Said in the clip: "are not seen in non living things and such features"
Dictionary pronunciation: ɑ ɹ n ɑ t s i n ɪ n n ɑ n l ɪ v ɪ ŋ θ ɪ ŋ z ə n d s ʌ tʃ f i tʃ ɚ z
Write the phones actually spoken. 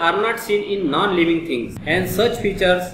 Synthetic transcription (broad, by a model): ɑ ɹ n ɑ t s i n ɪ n n ɑ n l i v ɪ ŋ t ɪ ŋ s ə n d s ʌ tʃ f i tʃ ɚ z